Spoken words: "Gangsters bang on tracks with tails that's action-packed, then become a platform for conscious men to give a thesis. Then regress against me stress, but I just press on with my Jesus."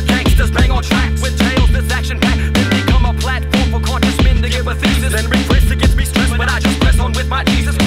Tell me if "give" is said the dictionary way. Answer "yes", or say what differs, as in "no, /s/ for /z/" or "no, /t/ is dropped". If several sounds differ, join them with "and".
no, /b/ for /v/